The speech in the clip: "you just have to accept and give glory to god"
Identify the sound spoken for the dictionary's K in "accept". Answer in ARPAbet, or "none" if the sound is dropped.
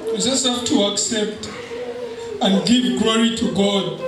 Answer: K